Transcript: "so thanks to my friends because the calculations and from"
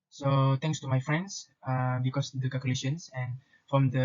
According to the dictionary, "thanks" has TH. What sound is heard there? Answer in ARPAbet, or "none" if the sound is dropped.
T